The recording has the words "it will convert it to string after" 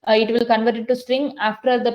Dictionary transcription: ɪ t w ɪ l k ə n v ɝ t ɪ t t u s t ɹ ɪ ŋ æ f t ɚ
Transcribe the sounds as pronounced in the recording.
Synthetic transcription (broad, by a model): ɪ t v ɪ l k ə n v ɝ t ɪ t t u s t ɹ ɪ ŋ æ f t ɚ